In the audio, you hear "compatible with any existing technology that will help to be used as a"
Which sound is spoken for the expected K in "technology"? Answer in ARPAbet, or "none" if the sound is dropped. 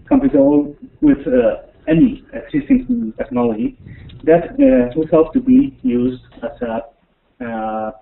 K